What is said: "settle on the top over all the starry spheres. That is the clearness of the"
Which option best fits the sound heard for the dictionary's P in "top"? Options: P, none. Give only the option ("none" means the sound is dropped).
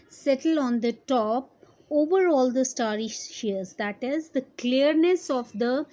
P